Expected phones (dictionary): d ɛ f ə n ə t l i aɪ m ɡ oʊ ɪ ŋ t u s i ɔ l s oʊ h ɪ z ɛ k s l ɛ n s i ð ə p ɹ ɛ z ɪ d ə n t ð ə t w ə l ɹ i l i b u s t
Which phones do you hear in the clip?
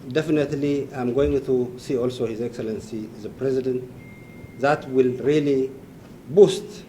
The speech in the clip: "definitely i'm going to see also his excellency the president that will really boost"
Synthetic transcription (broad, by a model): d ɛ f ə n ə t l i aɪ m ɡ oʊ ɪ ŋ t u s i ɔ l s oʊ h ɪ z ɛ k s l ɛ n s i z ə p ɹ ɛ z ɪ d ə n t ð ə t w ə l ɹ i l i b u s t